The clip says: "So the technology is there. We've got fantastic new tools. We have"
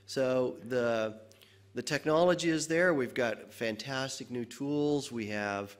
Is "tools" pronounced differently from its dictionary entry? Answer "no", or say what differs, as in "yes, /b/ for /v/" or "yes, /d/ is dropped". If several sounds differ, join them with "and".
no